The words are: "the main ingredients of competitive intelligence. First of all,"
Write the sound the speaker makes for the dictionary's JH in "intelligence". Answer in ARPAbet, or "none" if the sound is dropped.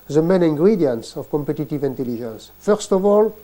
ZH